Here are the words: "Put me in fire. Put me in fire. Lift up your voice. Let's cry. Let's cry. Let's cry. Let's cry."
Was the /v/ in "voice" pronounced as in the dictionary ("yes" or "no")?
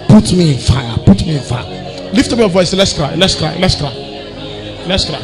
yes